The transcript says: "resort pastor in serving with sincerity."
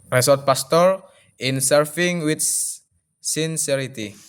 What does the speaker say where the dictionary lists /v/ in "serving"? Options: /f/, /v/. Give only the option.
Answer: /f/